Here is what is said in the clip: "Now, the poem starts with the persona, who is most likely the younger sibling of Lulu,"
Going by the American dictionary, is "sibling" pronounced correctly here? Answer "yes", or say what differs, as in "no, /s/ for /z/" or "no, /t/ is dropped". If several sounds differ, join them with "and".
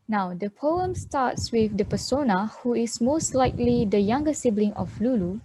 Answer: yes